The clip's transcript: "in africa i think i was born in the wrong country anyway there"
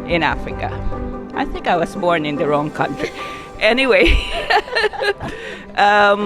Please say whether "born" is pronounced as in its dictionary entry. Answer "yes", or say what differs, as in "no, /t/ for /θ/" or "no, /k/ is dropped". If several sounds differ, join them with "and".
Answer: yes